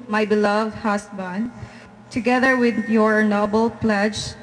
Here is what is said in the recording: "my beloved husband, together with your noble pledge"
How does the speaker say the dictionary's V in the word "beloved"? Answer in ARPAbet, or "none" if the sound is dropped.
V